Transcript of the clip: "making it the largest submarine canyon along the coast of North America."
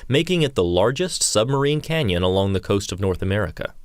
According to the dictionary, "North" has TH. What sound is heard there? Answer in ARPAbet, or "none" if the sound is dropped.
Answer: TH